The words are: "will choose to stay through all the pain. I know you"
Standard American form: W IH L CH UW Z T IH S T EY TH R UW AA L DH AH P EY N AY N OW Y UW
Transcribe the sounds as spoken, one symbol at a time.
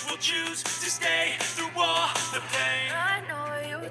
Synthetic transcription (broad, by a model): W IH L CH UW Z T IH S T EY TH R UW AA DH AH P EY AY N OW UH